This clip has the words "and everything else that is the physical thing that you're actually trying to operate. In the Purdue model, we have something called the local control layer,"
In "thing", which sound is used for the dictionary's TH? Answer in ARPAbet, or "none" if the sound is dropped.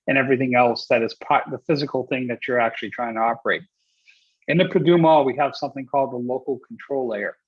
TH